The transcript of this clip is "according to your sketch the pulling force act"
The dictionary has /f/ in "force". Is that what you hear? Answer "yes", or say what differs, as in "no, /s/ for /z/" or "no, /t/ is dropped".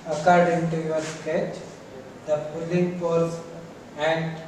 no, /p/ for /f/